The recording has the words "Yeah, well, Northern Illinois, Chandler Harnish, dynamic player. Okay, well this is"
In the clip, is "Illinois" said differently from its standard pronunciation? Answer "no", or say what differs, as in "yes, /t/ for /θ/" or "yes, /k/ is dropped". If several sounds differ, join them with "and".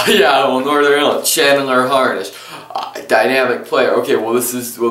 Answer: yes, /l/ is dropped